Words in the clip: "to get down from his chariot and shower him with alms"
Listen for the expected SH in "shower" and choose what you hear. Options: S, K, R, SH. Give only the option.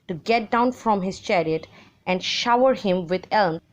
SH